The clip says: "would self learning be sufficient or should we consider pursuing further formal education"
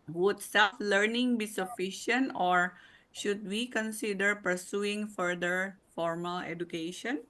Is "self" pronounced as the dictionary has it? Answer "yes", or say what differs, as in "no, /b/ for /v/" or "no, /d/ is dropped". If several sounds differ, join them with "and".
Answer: no, /l/ is dropped